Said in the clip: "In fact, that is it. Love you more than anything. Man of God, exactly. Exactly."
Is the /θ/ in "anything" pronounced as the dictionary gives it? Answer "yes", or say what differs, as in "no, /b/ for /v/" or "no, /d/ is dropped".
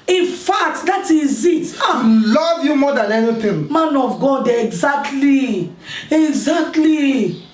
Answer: no, /t/ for /θ/